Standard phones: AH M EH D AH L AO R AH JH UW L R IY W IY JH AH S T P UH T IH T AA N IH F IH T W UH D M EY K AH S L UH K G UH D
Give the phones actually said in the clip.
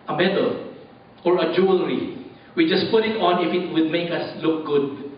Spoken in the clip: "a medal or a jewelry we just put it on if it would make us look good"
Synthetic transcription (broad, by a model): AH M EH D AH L AO R AH JH UW L R IY W IY JH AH S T P UH T IH T AA N IH F IH T W UH D M EY K AH S L UH K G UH D